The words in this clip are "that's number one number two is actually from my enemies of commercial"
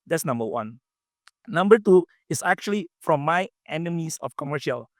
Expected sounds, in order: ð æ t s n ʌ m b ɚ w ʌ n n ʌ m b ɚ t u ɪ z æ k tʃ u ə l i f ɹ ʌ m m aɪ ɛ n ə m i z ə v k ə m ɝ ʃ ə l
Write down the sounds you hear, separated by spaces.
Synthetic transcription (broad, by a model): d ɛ t s n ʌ m b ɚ w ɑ n n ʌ m b ɚ t u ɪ s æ k tʃ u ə l i f ɹ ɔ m m aɪ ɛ n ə m i s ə f k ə m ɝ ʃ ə l